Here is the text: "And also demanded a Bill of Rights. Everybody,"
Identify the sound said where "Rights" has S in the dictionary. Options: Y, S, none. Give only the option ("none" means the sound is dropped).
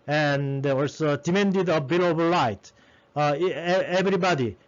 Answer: none